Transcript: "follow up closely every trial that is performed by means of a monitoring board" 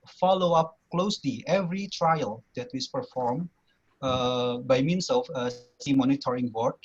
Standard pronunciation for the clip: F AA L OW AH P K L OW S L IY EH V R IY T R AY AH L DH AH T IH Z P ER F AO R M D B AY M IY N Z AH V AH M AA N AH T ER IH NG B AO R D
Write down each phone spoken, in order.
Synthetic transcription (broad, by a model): F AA L OW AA P K L OW S L IY EH V R IY T R AY AH L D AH T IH S P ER F AO R M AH B AY M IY N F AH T AH M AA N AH T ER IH NG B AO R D